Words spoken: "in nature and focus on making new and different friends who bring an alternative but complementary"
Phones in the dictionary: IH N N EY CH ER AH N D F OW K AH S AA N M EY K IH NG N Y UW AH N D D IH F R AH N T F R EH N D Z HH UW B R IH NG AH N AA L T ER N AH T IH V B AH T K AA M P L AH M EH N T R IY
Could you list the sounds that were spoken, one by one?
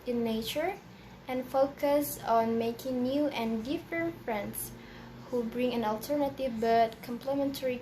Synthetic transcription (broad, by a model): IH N N EY CH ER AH N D F OW K AH S AA N M EY K IH NG N Y UW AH N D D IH F R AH N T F R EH N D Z HH UW B R IH NG AH N AA L T ER N AH T IH V B AH T K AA M P L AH M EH N T R IY